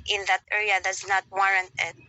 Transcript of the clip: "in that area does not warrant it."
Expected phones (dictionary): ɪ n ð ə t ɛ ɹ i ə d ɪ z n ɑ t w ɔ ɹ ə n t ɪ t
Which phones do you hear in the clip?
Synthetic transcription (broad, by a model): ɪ n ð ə t ɛ ɹ i ə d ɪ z n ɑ t w ɔ ɹ ə n t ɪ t